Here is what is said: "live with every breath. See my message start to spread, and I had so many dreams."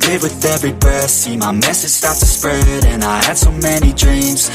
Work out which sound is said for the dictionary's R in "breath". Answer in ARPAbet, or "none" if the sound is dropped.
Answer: none